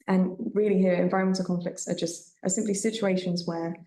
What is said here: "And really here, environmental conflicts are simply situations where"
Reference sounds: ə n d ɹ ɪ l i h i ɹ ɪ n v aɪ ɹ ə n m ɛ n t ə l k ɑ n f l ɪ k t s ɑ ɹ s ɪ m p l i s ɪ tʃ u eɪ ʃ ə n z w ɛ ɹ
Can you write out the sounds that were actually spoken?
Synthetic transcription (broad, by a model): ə n ɹ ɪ l i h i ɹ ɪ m v aɪ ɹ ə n m ɛ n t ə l k ɑ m f l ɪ k t s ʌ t s ɪ m p l i s ɪ tʃ u eɪ ʃ ə n z w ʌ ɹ